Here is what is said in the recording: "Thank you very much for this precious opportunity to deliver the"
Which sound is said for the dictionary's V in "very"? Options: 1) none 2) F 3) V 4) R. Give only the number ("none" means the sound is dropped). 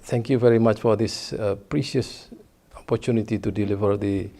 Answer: 3